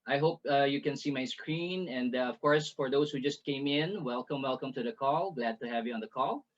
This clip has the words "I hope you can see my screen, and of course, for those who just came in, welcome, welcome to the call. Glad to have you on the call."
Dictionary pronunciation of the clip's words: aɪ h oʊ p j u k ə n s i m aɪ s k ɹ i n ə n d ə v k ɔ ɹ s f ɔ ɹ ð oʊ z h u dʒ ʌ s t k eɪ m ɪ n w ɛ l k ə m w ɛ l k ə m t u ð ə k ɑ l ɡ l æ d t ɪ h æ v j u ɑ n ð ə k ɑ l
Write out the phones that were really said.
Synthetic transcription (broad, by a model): aɪ h oʊ p j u k ə n s i m aɪ s k ɹ i n ə n d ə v k ɔ ɹ s f ɔ ɹ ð oʊ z h u dʒ ʌ s t k eɪ m ɪ n w ɛ l k ə m w ɛ l k ə m t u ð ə k ɑ l ɡ l æ d t ɪ h æ v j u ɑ n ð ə k ɑ l